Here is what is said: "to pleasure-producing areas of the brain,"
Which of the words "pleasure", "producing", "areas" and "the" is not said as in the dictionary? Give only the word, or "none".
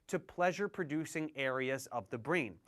none